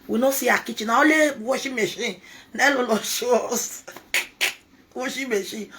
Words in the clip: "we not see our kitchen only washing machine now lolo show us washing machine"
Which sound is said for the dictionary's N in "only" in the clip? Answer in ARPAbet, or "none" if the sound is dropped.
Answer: none